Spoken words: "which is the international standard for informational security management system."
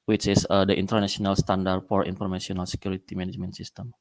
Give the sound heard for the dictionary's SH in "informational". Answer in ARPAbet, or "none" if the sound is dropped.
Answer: S